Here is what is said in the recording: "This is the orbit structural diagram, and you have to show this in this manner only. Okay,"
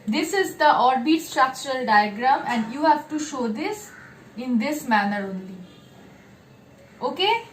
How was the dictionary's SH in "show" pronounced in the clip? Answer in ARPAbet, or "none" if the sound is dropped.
SH